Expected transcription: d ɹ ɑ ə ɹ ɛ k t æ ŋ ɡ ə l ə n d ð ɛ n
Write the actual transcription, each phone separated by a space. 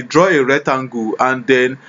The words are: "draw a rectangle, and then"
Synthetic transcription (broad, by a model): d ɹ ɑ ə ɹ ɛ t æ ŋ ɡ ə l ə n d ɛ n